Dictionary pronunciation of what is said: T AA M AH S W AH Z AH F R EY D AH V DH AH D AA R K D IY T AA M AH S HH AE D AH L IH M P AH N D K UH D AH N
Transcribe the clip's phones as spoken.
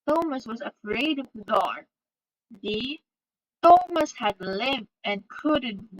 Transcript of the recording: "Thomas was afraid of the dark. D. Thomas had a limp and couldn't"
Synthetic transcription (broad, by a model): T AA M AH S W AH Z AH F R EY D AH V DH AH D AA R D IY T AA M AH S HH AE D L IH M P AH N K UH D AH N